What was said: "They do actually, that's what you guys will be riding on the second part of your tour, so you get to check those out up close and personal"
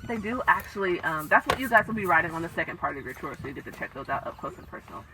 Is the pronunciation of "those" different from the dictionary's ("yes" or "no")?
no